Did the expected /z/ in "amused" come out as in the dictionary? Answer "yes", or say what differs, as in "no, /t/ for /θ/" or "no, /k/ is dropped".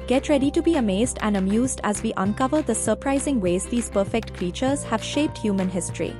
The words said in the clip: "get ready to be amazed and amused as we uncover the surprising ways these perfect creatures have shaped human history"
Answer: yes